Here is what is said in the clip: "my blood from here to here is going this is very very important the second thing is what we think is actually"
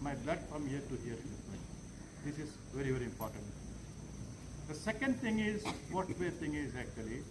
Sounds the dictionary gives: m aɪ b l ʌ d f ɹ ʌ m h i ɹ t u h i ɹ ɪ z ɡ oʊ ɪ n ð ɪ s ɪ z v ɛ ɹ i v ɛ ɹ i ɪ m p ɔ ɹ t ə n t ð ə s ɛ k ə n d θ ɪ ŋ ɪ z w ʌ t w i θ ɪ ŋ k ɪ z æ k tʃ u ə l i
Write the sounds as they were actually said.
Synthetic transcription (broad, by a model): m aɪ b l ʌ d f ɹ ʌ m h i ɹ t u h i ɹ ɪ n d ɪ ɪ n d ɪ s ɪ z v ɛ ɹ i v ɛ ɹ i ɪ m p ɔ ɹ t ə n t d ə s ɛ k ə n d t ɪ ŋ ɪ z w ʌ t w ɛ t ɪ ŋ ɪ z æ k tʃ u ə l i